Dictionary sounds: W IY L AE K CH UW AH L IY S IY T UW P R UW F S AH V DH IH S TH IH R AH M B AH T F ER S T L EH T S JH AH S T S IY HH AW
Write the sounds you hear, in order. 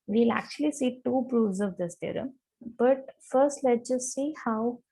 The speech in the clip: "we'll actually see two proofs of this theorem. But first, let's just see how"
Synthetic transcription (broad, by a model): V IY L AE K CH UW AH L IY S IY T UW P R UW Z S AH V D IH S T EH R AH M B AH T F ER S T L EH T JH AH S T S IY HH AW